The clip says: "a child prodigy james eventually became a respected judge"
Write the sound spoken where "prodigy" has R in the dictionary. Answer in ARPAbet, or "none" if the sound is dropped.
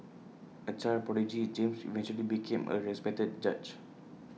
none